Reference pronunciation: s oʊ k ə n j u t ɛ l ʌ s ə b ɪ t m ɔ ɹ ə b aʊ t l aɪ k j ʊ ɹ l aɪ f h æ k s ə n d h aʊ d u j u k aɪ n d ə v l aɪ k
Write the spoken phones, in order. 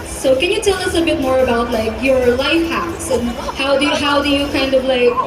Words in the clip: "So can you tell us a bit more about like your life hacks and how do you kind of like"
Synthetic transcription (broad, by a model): s oʊ k ə n j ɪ t ɛ l ʌ s ə b ɪ t m ɔ ɹ ə b aʊ t l aɪ k j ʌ ɹ l aɪ f h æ s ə n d h aʊ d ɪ j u k aɪ n d ə v l aɪ k